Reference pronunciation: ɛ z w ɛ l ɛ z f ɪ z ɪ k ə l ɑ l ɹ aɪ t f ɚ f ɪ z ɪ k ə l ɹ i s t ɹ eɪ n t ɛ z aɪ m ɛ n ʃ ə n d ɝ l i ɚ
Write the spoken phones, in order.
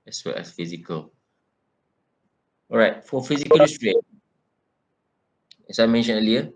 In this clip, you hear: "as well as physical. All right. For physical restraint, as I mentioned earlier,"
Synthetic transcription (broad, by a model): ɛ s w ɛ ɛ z f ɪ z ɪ k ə l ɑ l ɹ aɪ t f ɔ f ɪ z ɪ k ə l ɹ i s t ɹ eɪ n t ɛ s aɪ m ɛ n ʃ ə n ɝ l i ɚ